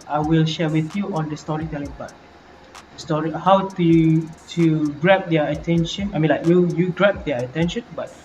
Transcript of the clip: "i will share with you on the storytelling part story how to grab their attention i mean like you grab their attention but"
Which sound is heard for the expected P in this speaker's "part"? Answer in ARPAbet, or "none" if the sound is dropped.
B